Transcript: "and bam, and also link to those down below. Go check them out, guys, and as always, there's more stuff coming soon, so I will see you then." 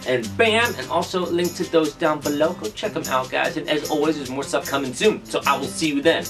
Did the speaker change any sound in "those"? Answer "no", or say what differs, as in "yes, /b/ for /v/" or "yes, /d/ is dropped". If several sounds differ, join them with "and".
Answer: no